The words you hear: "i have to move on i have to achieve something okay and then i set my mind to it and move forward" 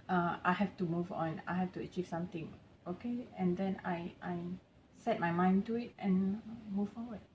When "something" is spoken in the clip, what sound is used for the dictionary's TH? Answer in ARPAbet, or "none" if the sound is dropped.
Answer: T